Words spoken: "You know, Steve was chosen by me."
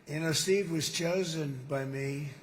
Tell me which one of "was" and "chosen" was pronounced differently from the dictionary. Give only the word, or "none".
none